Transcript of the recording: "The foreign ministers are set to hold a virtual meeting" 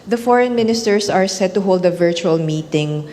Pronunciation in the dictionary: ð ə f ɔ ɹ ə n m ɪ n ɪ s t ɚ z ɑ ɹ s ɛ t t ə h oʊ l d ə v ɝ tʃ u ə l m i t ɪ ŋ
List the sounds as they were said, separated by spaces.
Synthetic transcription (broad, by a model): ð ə f ɔ ɹ ə n m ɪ n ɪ s t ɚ s ɑ ɹ s ɛ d t ə h oʊ l d ə v ɝ tʃ u ə l m i t ɪ ŋ